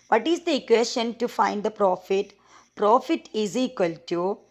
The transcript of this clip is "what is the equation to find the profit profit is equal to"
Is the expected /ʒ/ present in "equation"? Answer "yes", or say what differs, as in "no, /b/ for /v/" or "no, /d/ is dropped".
no, /s/ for /ʒ/